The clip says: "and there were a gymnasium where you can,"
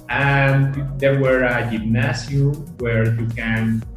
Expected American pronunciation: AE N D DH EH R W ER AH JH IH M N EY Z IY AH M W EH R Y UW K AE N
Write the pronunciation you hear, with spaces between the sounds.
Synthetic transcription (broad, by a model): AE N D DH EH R W ER AH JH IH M N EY S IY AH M W EH R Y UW K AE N